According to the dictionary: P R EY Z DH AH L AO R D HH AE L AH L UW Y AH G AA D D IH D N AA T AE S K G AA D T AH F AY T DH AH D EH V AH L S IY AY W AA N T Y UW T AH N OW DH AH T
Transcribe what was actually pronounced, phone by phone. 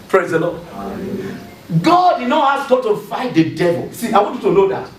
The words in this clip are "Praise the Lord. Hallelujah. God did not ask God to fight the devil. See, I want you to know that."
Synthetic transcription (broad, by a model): P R EY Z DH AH L AO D G AA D D IH D N AA T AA S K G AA T AH F AY T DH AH D EH V AH L S IY AY W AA N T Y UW T AH N OW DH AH T